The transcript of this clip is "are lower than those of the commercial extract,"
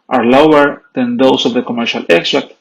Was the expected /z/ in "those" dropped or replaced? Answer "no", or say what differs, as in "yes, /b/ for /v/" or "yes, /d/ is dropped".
yes, /s/ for /z/